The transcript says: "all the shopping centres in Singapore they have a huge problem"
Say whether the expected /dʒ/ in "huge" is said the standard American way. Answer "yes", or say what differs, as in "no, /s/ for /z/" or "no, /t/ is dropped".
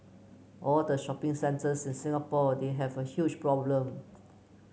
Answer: no, /tʃ/ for /dʒ/